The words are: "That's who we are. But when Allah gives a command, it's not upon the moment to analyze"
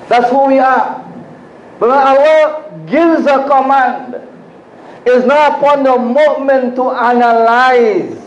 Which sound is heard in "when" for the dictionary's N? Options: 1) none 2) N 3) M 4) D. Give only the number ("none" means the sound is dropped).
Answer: 1